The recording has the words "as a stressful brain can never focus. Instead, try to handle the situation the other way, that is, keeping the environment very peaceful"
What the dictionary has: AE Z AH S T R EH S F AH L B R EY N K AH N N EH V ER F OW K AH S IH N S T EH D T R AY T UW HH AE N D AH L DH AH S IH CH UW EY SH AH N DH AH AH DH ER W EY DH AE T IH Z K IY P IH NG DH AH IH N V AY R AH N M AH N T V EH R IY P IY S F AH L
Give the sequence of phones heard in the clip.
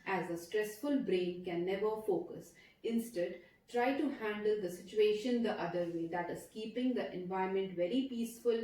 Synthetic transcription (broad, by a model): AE Z AH S T R EH S F AH L B R EY N K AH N N EH V ER F OW K AH S IH N S T EH D T R AY T UW HH AE N D AH L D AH S IH CH UW EY SH AH N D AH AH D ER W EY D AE T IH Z K IY P IH NG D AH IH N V AY AH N M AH N T V EH R IY P IY S F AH L